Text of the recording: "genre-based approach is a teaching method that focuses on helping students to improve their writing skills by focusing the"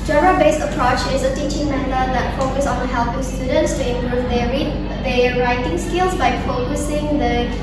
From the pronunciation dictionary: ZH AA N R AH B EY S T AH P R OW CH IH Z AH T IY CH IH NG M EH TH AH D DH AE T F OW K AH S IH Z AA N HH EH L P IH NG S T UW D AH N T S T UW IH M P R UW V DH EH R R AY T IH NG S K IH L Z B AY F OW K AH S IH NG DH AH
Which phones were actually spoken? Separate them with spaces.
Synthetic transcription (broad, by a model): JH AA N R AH B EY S AH P R OW CH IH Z AH T IY CH IH NG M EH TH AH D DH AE T F OW K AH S AA N HH EH L P IH NG S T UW D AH N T S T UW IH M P UW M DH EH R R AY T IH NG S K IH L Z B AY F OW K AH S IH NG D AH